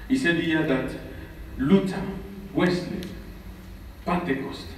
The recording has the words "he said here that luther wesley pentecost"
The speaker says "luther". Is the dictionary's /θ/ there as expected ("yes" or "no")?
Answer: no